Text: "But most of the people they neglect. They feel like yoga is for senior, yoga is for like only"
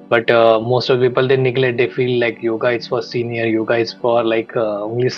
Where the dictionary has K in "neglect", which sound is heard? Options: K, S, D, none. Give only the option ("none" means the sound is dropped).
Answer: none